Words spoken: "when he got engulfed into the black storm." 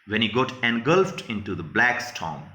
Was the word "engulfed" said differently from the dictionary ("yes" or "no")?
no